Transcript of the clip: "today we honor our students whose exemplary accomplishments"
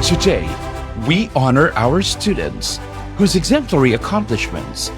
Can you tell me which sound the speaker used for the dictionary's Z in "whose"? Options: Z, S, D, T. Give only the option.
Z